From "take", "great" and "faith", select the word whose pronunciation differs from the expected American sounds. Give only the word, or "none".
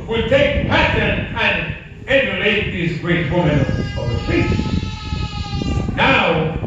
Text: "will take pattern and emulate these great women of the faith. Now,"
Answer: faith